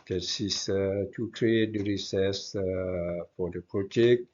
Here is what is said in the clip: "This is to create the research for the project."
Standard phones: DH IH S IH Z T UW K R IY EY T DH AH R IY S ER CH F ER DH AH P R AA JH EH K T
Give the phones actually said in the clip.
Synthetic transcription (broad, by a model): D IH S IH S T UW K R IY EY T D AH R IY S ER S F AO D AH P R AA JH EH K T